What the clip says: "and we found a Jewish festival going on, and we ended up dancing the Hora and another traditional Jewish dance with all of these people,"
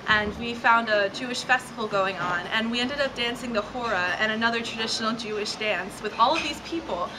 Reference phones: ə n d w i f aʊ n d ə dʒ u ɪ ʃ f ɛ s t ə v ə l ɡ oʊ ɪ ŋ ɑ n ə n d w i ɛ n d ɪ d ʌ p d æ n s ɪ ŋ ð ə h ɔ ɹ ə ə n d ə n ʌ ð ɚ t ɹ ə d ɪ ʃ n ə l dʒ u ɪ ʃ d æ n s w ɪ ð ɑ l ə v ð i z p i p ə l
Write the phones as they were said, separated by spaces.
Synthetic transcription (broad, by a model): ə n w i f aʊ n d ə dʒ u ɪ ʃ f ɛ s t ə v l ɡ oʊ ɪ ŋ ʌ n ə n w i ɛ n d ɪ d ʌ p d æ n s ɪ ŋ ð ə h ɔ ɹ ə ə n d ə n ʌ ð ɚ t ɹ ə d ɪ ʃ n l dʒ u ɪ ʃ d æ n s w ɪ ð ɑ l ə v ð i z p i p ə l